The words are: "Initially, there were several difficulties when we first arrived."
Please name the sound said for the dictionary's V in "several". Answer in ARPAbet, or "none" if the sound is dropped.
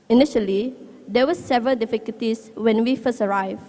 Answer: V